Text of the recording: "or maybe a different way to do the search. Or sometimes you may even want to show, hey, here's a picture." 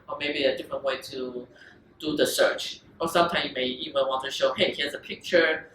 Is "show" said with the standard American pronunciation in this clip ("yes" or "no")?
yes